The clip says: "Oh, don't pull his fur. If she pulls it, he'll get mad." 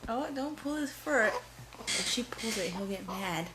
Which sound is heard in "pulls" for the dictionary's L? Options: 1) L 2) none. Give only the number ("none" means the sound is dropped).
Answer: 1